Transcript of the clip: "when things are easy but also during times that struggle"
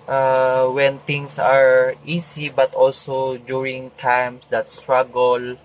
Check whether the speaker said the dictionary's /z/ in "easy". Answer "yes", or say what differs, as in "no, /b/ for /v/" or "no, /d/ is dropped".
no, /s/ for /z/